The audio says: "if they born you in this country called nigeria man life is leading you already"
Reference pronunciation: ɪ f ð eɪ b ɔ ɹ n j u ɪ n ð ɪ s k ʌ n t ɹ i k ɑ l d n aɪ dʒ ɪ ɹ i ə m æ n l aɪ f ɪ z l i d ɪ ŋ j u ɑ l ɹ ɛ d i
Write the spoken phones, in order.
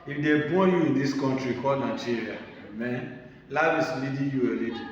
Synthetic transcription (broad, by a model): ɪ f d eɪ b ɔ j u ɪ n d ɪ s k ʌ n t ɹ i k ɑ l n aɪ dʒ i ɹ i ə m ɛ n l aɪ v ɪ s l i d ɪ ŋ j u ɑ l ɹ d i